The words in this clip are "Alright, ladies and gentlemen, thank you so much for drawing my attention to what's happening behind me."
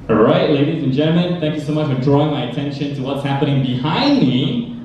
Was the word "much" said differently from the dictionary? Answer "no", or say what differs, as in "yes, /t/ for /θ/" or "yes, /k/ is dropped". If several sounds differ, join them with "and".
no